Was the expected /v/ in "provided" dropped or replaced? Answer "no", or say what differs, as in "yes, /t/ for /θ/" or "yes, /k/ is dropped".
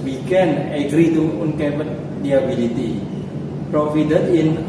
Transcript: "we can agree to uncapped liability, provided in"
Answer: yes, /f/ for /v/